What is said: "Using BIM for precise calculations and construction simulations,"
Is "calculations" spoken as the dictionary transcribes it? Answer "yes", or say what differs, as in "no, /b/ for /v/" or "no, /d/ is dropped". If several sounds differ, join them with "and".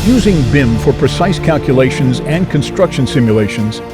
yes